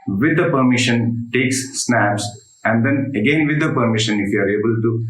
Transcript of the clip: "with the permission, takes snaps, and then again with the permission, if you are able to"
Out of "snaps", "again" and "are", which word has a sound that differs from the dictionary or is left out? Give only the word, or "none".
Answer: none